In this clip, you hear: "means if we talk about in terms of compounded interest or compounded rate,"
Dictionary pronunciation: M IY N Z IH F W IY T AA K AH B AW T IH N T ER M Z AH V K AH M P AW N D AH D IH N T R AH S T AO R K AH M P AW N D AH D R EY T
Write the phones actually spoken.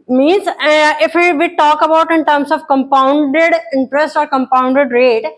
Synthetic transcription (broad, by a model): M IY N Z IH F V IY T AA K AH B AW T IH N T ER M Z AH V K AH M P AW N D AH D IH N T R AH S T AO R K AH M P AW N D AH D R EY T